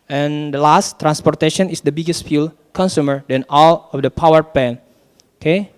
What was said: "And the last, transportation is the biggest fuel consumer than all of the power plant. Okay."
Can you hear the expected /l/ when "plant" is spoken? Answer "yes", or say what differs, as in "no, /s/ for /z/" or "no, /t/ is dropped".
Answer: no, /l/ is dropped